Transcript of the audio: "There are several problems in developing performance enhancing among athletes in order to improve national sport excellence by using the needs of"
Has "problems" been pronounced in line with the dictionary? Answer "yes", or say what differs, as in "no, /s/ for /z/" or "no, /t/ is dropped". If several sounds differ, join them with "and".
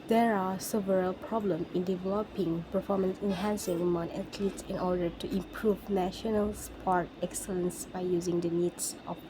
no, /z/ is dropped